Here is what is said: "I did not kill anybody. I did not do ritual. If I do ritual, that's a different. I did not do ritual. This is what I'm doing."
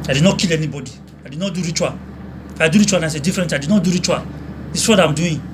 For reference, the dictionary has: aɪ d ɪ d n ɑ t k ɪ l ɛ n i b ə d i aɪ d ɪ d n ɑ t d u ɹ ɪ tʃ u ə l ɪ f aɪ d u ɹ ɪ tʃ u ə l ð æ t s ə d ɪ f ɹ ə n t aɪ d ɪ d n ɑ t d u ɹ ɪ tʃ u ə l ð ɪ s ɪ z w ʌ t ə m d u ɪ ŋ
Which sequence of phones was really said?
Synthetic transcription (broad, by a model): aɪ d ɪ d n ɑ t k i l ɛ n i b ə d i aɪ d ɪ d n ɑ t d u ɹ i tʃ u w ɪ f aɪ d u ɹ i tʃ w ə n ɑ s ə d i f ɹ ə n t aɪ d ɪ d n ɑ t d u ɹ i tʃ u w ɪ ɪ s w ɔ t ə m d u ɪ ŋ